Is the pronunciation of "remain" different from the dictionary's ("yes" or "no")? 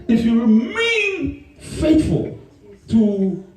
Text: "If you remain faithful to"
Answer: no